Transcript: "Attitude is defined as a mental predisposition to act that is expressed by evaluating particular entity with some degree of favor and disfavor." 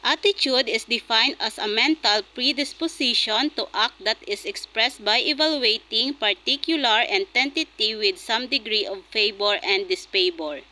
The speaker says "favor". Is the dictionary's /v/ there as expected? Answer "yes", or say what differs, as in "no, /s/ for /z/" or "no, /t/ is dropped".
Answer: no, /b/ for /v/